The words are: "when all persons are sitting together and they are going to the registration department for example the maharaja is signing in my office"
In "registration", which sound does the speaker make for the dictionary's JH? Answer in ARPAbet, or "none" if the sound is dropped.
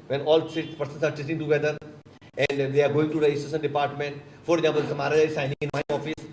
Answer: none